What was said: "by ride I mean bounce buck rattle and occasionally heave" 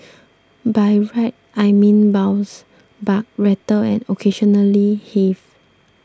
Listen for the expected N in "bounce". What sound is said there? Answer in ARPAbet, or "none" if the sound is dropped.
none